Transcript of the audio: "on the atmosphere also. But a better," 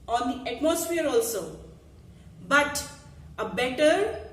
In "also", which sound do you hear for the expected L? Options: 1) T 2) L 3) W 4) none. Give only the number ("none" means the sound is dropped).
2